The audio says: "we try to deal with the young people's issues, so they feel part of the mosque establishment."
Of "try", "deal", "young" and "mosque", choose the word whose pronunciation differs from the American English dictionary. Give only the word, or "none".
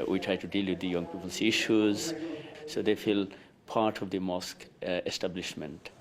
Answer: none